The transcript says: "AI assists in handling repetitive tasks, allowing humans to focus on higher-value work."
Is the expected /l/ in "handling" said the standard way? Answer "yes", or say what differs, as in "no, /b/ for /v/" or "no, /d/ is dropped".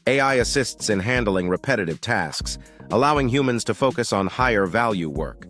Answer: yes